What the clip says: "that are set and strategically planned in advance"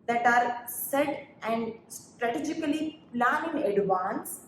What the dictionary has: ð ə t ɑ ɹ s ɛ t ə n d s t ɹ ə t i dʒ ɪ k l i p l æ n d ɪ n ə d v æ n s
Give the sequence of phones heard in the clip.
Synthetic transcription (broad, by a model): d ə t ɑ ɹ s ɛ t ə n d s t ɹ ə t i dʒ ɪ k l i p l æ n ɪ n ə d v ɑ n s